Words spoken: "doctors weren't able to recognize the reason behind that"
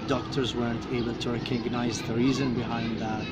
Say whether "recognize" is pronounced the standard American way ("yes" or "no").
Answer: yes